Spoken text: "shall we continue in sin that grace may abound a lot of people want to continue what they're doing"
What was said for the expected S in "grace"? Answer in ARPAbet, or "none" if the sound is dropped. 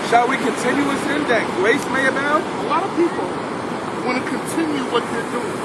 S